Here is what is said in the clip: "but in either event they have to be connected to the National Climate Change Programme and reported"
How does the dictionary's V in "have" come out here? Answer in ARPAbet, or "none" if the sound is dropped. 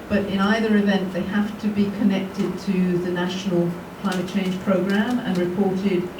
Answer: F